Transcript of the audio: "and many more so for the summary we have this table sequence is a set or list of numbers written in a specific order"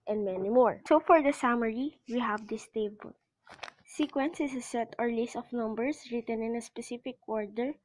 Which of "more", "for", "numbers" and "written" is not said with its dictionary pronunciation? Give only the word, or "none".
numbers